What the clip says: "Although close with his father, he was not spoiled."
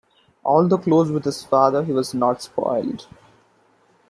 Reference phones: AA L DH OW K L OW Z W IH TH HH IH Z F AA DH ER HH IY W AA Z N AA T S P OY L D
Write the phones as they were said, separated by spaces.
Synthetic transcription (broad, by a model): AA L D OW K L OW Z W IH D HH IH Z F AA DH ER HH IY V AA Z N AA T S P OY L D